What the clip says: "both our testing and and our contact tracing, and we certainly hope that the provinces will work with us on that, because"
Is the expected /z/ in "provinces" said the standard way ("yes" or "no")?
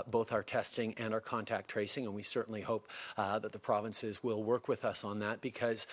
yes